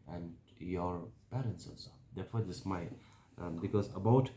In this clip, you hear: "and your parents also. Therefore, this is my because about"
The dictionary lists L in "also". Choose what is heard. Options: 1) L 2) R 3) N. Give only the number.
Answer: 3